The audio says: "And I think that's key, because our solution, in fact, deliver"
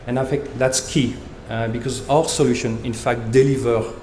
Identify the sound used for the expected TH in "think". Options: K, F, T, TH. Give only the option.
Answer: F